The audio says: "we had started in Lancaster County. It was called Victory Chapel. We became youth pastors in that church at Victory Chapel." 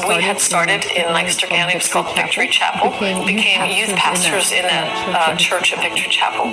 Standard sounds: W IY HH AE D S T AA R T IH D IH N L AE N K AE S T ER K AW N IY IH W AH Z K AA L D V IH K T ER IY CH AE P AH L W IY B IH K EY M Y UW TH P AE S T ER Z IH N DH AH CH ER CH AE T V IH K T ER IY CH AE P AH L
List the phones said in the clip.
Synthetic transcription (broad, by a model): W IY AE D S T AA R T IH D IH N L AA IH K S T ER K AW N IH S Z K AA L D V IH K T ER IY CH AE P L B IH K EY M Y UW TH P AE S T ER Z IH N DH AH CH ER CH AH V V IH K T ER IY CH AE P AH L